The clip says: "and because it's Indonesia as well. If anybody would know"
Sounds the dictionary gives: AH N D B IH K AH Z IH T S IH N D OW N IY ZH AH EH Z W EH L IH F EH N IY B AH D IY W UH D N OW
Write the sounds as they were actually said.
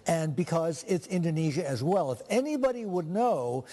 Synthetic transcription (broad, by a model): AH N B IH K AH Z IH T S IH N D OW N IY ZH AH Z W EH L IH F EH N IY B AH D IY W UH D N OW